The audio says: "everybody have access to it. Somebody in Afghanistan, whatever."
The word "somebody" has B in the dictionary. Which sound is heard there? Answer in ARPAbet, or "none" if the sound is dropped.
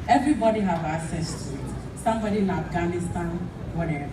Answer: B